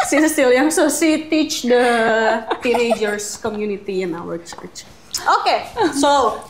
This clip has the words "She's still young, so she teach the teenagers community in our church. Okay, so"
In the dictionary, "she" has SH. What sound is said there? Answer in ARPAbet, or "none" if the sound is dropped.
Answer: S